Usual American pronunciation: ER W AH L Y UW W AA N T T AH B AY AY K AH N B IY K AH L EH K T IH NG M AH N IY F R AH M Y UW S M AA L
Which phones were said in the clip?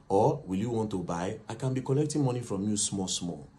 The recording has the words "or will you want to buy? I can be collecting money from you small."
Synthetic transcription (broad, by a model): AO W AH L Y UW W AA N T T AH B AY AY K AH N B IY K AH L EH K T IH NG M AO N IY F R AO M Y UW S M AA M